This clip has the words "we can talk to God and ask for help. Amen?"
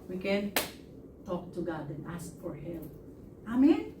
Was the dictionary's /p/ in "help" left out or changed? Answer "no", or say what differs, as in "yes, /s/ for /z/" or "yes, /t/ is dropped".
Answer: yes, /p/ is dropped